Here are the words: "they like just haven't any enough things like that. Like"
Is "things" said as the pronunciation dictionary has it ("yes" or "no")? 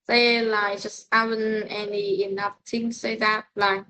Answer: no